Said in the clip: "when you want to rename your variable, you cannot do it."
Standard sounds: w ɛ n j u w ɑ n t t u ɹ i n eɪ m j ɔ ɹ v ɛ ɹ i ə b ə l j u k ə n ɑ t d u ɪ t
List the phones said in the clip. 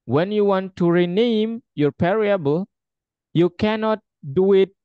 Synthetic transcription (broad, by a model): w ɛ n j u w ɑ n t t u ɹ i n eɪ m j ɔ ɹ p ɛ ɹ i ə b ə l j u k ə n ɑ t d u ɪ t